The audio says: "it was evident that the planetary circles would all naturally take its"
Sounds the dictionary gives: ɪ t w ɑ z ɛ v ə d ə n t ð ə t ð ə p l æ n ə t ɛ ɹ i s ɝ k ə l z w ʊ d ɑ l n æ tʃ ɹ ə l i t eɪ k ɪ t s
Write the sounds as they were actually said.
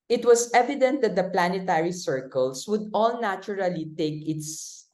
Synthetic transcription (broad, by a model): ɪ t w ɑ s ɛ v ə d ə n t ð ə t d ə p l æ n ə t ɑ ɹ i s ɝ k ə l s w ʊ d ɑ l n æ tʃ ɹ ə l i t eɪ k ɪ t s